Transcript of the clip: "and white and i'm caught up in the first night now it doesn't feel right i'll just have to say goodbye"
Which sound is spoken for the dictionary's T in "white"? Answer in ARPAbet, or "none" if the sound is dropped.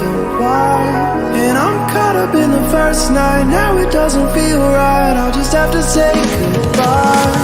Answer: none